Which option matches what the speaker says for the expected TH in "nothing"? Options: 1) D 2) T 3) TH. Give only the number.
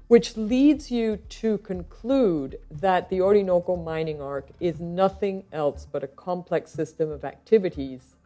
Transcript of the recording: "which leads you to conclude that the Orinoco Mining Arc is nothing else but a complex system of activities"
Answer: 3